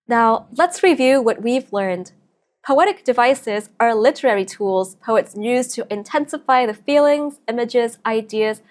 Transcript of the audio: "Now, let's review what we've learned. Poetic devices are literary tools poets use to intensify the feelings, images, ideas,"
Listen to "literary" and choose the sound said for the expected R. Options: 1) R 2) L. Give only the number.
1